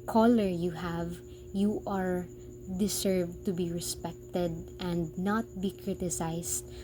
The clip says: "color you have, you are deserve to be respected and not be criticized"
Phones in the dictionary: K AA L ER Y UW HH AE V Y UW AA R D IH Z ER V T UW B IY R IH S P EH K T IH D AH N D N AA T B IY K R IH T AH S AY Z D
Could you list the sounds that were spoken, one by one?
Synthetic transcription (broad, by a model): K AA L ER Y UW HH AE V Y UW AA R D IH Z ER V T UW B IY R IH S P EH K T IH D AH N D N AA T B IY K R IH T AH S AY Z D